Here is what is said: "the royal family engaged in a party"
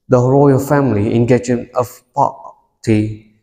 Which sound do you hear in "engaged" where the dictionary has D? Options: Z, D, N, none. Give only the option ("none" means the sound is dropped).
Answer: none